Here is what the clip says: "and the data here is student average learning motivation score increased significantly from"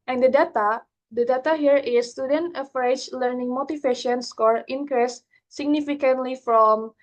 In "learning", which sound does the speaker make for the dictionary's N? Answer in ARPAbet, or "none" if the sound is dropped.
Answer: N